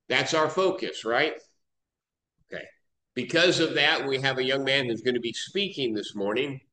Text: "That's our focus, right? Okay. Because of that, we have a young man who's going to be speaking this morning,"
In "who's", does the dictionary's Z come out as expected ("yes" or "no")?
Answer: yes